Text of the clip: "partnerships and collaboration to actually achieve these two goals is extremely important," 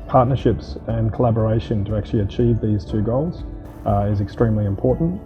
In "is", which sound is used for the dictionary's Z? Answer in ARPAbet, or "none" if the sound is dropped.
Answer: Z